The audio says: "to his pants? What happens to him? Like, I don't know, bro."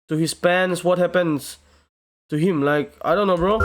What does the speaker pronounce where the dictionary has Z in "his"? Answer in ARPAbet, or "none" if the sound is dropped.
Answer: S